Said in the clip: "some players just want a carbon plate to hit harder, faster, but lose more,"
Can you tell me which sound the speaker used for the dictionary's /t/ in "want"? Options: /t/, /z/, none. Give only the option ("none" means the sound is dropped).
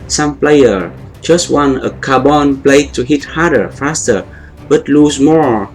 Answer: none